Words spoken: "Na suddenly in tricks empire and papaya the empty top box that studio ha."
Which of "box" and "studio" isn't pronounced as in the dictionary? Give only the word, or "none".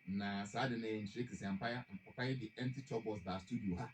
box